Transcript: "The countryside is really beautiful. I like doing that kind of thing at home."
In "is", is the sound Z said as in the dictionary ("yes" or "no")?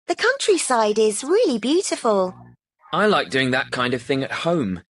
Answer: yes